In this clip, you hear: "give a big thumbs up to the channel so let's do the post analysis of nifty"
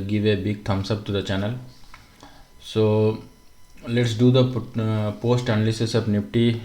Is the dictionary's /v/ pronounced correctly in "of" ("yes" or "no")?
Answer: no